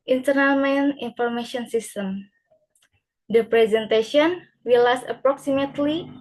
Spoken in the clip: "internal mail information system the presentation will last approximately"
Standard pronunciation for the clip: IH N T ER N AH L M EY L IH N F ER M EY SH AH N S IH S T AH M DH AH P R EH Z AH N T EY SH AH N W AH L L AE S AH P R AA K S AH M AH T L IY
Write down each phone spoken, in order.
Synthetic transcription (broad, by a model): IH N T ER N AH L M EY N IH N F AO M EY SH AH N S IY S T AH M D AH P R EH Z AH N T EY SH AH N W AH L L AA S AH P R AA K S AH M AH T L IY